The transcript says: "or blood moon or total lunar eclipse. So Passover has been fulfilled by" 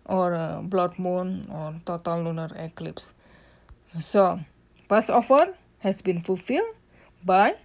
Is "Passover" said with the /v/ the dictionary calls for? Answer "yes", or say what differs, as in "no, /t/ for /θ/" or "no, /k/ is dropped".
no, /f/ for /v/